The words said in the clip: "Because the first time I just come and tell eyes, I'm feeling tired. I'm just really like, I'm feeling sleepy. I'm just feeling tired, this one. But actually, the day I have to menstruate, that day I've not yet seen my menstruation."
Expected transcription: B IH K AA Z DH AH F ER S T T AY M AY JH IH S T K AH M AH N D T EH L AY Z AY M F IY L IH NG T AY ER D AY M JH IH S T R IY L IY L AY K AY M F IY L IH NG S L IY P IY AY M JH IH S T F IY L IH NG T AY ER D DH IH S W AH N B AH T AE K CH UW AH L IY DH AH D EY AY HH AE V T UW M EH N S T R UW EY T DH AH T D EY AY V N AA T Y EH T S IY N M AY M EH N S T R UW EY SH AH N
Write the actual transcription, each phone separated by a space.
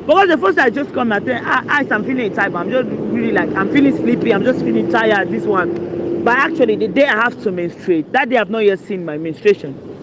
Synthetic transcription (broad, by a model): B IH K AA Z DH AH F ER S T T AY AY JH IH S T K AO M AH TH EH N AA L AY S AY M F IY L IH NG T AY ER AY M JH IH S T R IY L IY L AY K AY M F IY L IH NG S L IY P IY AY M JH IH S T F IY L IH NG T AY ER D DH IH S W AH N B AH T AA K CH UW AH L IY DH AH D EY AY HH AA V T UW M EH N S T R EY T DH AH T D EY AY V N AA T Y EH T S IY N M AY M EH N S T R EY SH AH N